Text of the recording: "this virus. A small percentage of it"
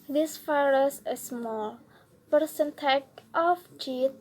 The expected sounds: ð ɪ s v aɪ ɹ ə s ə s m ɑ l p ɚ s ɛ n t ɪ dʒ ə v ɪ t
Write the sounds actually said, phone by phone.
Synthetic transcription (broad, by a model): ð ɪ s f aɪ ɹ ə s ə s m ɑ l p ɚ s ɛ n t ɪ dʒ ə f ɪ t